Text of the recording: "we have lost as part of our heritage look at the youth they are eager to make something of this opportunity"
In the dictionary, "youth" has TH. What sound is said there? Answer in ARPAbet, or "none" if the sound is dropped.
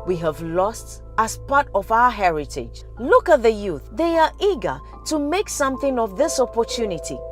TH